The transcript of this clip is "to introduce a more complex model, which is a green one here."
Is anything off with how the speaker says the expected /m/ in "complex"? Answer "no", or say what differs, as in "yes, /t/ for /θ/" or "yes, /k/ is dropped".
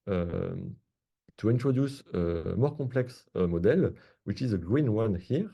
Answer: yes, /m/ is dropped